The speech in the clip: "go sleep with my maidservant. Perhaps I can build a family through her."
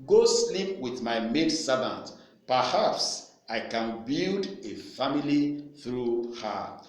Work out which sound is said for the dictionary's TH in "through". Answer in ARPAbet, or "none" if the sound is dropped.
TH